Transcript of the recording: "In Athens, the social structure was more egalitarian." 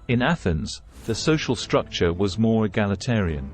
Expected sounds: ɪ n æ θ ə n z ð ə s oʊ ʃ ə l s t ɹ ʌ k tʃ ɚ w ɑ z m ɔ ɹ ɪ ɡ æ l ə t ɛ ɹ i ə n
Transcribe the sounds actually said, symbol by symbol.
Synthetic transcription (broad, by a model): ɪ n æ θ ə n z ð ə s oʊ ʃ ə l s t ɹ ʌ k tʃ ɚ w ɑ z m ɔ ɹ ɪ ɡ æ l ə t ɛ ɹ i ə n